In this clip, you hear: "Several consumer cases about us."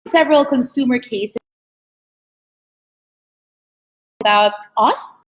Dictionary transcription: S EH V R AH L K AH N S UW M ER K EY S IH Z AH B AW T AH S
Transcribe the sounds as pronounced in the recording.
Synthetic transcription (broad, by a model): S EH V R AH L K AH N S UW M ER K EY IH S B AW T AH S